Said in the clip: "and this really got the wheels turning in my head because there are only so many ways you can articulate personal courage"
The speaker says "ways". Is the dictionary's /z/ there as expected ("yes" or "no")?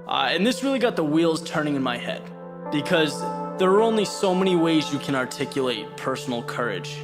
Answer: yes